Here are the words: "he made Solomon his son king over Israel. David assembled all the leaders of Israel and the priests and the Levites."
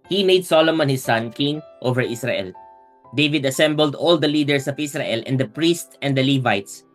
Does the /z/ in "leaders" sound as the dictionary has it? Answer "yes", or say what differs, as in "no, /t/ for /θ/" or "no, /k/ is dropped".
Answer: no, /s/ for /z/